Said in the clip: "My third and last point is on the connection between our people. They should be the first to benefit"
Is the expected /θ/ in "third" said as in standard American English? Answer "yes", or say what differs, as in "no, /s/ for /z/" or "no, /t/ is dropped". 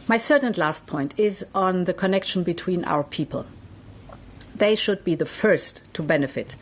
no, /s/ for /θ/